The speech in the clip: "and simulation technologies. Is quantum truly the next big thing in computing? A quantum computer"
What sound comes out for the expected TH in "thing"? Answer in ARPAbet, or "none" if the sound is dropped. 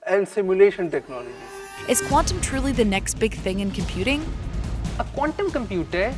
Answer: TH